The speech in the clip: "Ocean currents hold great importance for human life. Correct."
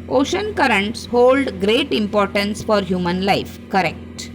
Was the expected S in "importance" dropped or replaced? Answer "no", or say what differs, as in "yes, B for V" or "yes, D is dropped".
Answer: no